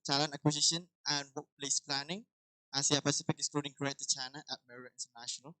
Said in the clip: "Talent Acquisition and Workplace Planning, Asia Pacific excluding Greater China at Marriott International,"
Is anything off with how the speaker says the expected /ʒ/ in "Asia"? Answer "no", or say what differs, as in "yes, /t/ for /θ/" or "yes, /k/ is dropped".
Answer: yes, /s/ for /ʒ/